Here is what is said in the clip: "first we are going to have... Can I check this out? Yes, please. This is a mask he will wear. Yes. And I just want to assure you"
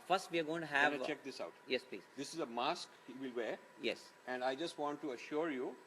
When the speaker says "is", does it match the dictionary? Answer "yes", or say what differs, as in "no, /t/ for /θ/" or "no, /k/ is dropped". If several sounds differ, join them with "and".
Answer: yes